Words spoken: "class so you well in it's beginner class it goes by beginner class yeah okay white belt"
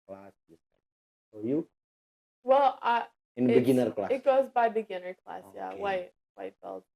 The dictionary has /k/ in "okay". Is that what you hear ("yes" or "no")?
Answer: no